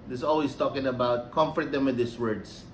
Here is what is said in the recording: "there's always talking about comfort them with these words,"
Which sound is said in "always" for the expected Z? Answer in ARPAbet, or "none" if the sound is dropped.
S